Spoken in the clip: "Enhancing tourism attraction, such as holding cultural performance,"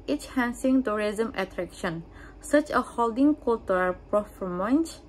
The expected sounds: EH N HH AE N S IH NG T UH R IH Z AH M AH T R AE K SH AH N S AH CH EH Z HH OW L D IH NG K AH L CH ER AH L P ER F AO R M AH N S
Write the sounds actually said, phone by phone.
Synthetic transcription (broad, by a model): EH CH HH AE N S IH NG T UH R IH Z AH M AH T R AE K SH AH N S AH CH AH HH OW L D IH NG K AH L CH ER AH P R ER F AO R M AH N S